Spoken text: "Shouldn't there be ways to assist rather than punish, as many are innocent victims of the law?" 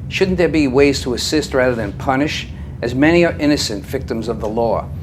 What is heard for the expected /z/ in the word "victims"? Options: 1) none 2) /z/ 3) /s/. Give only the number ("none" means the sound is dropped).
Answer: 2